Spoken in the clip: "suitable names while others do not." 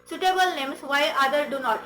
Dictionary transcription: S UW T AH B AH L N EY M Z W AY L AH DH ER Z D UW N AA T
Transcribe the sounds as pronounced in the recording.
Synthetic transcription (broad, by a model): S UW T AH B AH L N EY M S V AY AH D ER D UW N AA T